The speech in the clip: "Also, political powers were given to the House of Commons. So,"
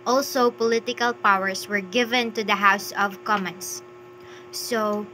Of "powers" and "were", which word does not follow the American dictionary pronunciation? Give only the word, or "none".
powers